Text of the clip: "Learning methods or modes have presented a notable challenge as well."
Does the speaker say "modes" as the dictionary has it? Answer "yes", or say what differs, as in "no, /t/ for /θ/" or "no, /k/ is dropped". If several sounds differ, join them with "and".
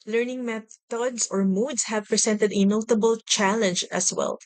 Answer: no, /s/ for /z/